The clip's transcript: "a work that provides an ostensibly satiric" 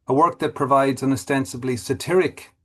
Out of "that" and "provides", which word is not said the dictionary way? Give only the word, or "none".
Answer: none